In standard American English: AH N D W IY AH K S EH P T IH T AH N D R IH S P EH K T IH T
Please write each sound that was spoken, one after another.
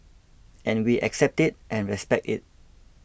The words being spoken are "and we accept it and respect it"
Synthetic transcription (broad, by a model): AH N W IY AH K S EH P T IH T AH N R IH S P EH K T IH T